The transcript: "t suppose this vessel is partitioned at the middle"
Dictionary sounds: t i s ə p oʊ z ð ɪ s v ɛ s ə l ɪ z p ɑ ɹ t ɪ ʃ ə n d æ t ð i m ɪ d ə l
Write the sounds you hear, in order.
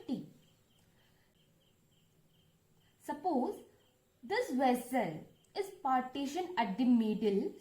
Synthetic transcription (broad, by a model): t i s ə p oʊ z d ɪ s v ɛ s ə l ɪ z p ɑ ɹ t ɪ ʃ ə n æ t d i m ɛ d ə l